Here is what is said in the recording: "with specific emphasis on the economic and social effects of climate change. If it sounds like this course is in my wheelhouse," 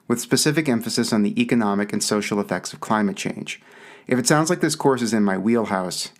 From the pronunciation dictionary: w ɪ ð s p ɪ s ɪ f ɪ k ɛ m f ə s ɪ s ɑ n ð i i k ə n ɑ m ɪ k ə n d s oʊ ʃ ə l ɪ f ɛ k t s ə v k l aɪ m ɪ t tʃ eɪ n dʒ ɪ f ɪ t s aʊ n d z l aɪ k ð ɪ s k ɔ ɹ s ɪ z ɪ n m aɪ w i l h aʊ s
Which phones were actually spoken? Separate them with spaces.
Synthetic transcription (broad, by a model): w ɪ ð s p ɪ s ɪ f ɪ k ɛ m f ə s ɪ s n ð i i k ə n ɑ m ɪ k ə n s oʊ ʃ l ɪ f ɛ k t s ə v k l aɪ m ɪ t tʃ eɪ n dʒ ɪ f ɪ t s aʊ n d z l aɪ k ð ɪ s k ɔ ɹ s ɪ z ɪ n m aɪ w i l h aʊ s